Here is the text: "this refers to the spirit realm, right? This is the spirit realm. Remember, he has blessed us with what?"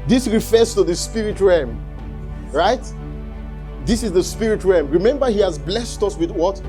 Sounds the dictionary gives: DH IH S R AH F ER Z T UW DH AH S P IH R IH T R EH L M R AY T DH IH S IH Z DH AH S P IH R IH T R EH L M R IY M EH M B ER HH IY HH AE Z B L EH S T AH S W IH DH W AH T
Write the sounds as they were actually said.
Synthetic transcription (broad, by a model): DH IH S R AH F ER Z T UW DH AH S P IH R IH T R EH M R AY T DH IH S IH Z DH AH S P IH R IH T R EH M R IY M EH M B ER HH IY HH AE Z B L EH S T AH S W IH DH W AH T